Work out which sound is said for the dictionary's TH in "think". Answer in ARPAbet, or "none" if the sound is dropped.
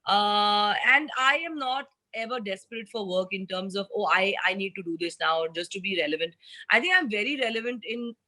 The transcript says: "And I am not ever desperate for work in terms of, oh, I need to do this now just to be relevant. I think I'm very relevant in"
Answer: T